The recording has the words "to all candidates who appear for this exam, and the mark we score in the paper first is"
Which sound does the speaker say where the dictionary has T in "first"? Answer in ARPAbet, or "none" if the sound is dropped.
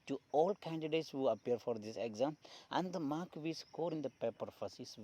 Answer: none